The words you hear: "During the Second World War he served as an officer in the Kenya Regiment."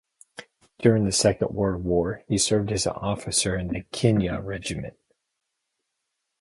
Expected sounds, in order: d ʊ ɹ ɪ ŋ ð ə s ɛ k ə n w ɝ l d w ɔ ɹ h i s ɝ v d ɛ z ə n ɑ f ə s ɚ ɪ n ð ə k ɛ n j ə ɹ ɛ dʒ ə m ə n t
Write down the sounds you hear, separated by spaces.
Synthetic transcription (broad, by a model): d ʊ ɹ ɪ ŋ ð ə s ɛ k ə n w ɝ d w ɔ ɹ h i s ɝ v d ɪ z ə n ɑ f ə s ɚ ɪ n ð ə k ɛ n j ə ɹ ɛ dʒ ə m ə n t